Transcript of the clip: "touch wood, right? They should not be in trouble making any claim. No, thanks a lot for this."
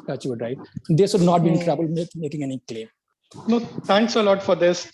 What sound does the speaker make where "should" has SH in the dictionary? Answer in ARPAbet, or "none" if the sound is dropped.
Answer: S